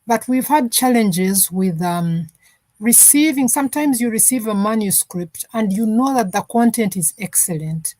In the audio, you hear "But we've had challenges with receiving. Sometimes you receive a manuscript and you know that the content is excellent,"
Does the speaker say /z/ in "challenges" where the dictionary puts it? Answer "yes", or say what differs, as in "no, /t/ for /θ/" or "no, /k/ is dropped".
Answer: yes